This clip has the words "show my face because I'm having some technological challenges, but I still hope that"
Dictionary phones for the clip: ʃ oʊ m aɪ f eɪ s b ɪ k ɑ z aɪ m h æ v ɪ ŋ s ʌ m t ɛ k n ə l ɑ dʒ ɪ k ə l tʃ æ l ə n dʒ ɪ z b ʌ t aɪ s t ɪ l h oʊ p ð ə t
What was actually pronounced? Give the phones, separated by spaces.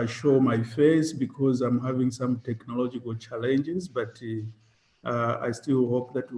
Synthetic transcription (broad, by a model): ʃ oʊ m aɪ f eɪ s b ɪ k ɑ z aɪ m h æ v ɪ ŋ s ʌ m t ɛ k n ə l ɑ dʒ ɪ k ə l tʃ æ l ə n dʒ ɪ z b ʌ t aɪ s t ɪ l h oʊ p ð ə t